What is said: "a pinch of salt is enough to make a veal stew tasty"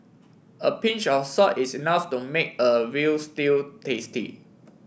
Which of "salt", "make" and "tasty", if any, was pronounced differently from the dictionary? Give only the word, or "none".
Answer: salt